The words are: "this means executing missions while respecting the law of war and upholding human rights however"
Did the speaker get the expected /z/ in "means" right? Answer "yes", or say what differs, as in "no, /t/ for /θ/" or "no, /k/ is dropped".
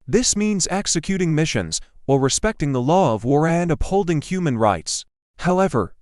yes